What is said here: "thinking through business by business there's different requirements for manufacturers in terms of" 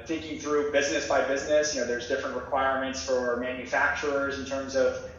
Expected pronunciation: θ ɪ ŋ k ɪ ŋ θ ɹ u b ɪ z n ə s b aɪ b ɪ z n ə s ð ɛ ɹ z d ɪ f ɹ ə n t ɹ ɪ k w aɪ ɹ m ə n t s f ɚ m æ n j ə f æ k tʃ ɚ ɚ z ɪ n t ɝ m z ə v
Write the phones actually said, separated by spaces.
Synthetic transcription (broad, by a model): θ ɪ ŋ k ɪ ŋ θ ɹ u b ɪ z n ə s b aɪ b ɪ z n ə s ð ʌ ɹ z d ɪ f ɹ ə n t ɹ ɪ k w aɪ ɹ m ə n t s f ɚ m æ n j ə f æ k tʃ ɚ ɚ z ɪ n t ɝ m z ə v